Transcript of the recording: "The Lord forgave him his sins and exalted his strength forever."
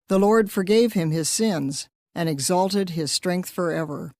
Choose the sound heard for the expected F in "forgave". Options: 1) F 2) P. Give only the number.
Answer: 1